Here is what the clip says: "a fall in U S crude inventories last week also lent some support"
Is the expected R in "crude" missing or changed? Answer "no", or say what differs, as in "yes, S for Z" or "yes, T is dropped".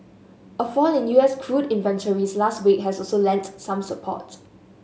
no